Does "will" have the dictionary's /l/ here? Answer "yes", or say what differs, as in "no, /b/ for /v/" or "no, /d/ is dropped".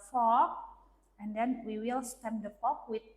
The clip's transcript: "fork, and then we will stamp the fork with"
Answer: yes